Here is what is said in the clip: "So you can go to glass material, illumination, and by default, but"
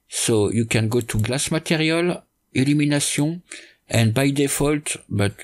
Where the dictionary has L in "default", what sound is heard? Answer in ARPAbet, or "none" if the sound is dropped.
L